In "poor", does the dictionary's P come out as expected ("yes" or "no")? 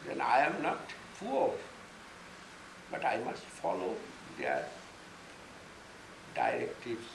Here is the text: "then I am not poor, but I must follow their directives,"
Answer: no